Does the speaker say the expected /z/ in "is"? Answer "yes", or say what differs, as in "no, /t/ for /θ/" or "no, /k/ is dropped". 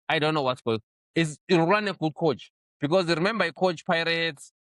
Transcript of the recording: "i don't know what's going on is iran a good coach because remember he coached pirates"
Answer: no, /s/ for /z/